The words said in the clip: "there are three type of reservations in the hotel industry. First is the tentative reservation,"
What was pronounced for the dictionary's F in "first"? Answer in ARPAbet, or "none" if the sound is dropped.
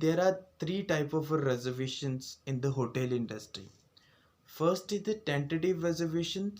F